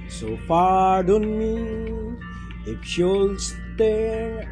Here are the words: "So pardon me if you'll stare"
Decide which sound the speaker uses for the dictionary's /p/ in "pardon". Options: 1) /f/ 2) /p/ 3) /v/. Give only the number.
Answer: 1